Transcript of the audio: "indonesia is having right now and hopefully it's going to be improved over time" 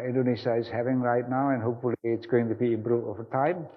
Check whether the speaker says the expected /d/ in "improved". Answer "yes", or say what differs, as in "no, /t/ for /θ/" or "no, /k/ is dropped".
no, /d/ is dropped